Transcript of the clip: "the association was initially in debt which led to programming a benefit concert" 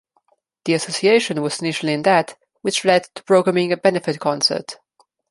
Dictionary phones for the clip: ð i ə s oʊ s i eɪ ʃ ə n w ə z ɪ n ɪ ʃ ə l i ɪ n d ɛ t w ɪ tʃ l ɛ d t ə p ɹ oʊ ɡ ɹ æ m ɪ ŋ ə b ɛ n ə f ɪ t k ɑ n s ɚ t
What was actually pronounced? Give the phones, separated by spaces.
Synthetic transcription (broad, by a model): ð i ə s oʊ s i eɪ ʃ ə n w ə z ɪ n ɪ ʃ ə l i ɪ n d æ t w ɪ tʃ l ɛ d t ə p ɹ oʊ ɡ ɹ æ m ɪ ŋ ə b ɛ n ə f ɪ t k ɑ n s ɚ t